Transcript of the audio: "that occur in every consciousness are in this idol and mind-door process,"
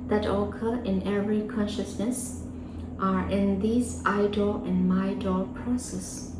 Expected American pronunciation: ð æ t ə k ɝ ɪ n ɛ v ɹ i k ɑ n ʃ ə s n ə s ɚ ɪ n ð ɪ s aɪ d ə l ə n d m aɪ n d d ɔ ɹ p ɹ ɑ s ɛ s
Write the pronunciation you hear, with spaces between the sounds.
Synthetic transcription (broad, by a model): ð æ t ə k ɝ ɪ n ɛ v ɹ i k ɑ n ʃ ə s n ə s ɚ ɪ n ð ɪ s aɪ d ə l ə n m aɪ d d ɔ l p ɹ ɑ s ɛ s